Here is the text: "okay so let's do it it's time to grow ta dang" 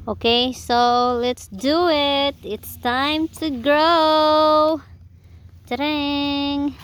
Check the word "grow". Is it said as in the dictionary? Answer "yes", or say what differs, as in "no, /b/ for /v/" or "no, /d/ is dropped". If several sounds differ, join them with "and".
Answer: yes